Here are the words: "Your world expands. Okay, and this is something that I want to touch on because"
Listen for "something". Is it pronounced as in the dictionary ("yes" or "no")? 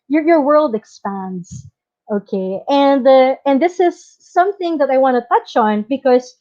yes